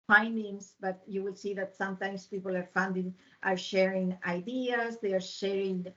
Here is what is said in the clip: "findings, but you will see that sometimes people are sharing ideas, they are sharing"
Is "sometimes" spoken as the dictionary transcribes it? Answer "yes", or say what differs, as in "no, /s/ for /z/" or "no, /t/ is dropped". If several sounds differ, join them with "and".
no, /s/ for /z/